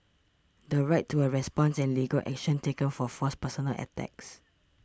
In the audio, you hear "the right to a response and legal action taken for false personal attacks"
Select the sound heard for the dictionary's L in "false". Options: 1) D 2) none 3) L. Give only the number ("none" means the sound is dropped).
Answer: 2